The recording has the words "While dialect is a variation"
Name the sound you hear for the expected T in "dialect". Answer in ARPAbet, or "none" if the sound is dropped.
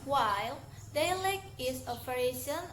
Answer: none